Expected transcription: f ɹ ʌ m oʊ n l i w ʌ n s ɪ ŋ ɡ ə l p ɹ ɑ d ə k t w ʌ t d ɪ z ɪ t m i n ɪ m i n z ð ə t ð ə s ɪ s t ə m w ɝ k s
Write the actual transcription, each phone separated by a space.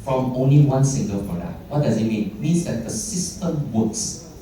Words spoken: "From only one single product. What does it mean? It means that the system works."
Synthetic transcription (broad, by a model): f ɹ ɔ m oʊ n l i w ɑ n s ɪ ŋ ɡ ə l f ɹ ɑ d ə t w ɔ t d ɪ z ɪ t m i n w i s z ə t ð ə s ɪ s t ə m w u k s